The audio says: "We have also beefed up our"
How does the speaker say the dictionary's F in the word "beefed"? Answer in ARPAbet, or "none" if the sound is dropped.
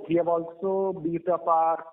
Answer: none